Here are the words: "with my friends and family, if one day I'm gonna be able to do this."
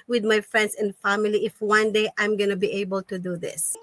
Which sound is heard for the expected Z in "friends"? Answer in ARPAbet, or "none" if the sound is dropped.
S